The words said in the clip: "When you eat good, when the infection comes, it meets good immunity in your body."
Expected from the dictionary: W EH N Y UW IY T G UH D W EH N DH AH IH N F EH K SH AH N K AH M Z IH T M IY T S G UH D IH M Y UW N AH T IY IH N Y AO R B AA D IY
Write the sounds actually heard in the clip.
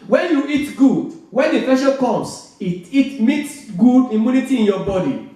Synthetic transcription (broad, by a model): W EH N Y UW IY T G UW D W EH N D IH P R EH SH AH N K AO M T IH T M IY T S G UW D IH M Y UW N AH T IY IH N Y AO B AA D IY